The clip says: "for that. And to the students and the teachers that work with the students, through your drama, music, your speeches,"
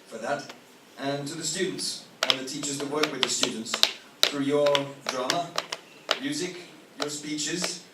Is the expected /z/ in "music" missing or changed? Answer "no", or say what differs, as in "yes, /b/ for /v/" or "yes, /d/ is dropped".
no